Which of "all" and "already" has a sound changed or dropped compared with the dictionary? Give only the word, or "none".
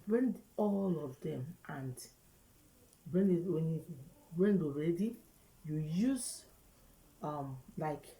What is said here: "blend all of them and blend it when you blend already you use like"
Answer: none